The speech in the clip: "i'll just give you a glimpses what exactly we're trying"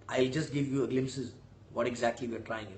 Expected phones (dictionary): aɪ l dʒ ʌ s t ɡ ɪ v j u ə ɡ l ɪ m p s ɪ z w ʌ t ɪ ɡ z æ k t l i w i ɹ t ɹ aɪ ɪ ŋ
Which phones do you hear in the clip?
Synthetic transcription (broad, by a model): aɪ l dʒ ʌ s t ɡ ɪ v j u ə ɡ l ɪ m p s ɪ z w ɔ t ɪ ɡ z æ k t l i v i ɹ t ɹ aɪ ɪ ŋ